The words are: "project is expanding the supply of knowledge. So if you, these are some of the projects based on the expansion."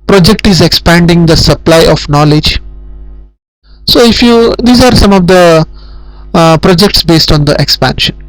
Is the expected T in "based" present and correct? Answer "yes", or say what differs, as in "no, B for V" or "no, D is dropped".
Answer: yes